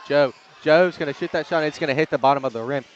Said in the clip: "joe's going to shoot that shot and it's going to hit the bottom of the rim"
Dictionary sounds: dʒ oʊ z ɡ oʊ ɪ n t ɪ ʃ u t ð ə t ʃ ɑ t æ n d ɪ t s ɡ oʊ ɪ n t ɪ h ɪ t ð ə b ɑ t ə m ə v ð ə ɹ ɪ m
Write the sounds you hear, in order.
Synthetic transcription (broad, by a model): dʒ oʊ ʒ oʊ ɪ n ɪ ʃ u t ð ə t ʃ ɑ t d ɪ t s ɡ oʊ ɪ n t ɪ h ɪ t ð ə b ɑ t ə m ə v ð ə ɹ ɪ m